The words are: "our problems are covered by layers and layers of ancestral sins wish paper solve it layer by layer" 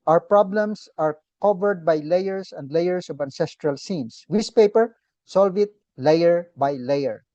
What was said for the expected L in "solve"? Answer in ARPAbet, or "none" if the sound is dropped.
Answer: L